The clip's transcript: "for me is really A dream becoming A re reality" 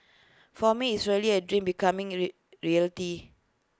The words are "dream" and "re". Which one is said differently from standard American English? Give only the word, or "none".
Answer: none